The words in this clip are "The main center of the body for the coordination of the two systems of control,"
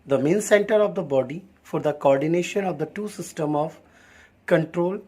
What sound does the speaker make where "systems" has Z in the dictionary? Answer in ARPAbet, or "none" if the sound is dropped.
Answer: none